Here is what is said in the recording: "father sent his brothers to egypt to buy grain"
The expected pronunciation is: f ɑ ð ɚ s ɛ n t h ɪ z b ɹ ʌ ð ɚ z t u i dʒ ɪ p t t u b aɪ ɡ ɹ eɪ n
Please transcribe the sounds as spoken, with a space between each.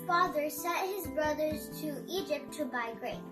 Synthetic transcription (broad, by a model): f ɑ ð ɚ s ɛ t h ɪ z b ɹ ʌ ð ɚ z t u i dʒ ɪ p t t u b aɪ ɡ ɹ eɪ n